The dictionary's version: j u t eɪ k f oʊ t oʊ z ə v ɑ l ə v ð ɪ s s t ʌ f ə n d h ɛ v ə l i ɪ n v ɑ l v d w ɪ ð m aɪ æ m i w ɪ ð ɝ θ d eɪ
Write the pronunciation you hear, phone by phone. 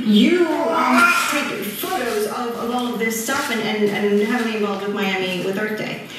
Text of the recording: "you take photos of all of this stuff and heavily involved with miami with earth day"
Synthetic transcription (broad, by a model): j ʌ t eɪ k f oʊ t oʊ z ə v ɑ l ə v ð ɪ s s t ʌ f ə n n h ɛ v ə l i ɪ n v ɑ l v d w ɪ ð m aɪ æ m i w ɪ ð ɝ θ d eɪ